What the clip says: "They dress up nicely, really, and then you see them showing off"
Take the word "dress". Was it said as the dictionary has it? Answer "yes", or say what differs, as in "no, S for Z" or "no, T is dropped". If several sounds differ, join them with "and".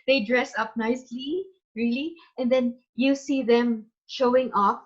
yes